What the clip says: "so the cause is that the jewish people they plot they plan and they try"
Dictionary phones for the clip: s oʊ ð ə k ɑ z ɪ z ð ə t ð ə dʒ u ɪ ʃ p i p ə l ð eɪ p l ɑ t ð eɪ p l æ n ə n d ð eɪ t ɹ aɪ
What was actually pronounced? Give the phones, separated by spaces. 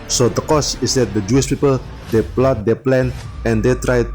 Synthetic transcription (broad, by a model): s oʊ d ə k ɑ s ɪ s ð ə t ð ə dʒ u ɪ ʃ p i p ə l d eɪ p l ɑ t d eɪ p l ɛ n ə n d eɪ t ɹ aɪ